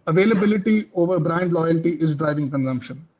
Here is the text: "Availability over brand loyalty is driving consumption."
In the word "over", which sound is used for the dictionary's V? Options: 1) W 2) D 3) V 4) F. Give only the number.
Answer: 3